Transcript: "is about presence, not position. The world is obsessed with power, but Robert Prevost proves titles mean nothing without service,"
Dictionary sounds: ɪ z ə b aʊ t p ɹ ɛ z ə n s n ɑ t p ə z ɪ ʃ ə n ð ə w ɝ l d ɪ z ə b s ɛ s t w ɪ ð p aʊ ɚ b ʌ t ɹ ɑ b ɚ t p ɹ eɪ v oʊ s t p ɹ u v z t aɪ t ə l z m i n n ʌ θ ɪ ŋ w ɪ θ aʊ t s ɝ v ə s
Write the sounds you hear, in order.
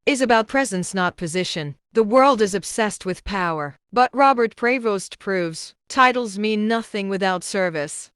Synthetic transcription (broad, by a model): ɪ z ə b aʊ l p ɹ ɛ z ə n s n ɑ t p ə z ɪ ʃ ə n ð ə w ɝ l d ɪ z ə b s ɛ s t w ɪ ð p aʊ ɚ b ʌ t ɹ ɑ b ɚ t p ɹ eɪ v oʊ s t p ɹ u v z t aɪ t l z m i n n ʌ θ ɪ ŋ w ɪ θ aʊ t s ɝ v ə s